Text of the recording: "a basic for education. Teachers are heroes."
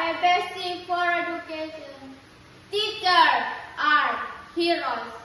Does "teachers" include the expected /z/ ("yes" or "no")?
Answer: no